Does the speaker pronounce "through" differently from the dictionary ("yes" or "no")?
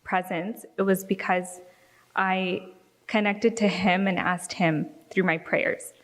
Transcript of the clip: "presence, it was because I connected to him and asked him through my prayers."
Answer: no